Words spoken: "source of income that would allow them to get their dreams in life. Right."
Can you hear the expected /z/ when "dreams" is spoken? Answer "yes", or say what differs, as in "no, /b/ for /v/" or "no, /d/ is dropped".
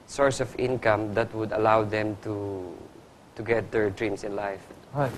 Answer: no, /s/ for /z/